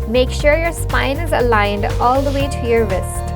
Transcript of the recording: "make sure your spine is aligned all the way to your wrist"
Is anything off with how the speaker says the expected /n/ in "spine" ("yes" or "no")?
no